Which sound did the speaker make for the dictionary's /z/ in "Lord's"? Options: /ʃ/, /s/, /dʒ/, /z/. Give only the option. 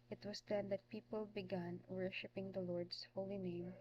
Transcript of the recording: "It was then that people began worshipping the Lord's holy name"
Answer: /s/